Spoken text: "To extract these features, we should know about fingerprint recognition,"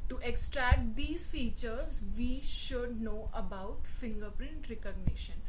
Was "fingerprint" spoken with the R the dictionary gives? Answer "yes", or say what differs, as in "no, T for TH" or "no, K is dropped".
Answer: yes